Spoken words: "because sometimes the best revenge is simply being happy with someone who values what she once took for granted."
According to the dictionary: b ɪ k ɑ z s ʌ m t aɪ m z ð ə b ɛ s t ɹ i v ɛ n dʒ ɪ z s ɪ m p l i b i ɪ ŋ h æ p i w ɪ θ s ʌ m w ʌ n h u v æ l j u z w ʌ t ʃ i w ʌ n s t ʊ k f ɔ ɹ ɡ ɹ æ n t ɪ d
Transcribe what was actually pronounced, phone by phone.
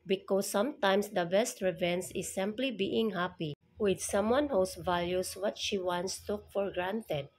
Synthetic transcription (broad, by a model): b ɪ k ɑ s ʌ m t aɪ m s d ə b ɛ s t ɹ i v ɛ n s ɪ s ɪ m p l i b i ɪ ŋ h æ p i w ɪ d s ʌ m w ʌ n h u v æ l j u s w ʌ t ʃ i w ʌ n s t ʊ f ɔ ɹ ɡ ɹ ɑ n t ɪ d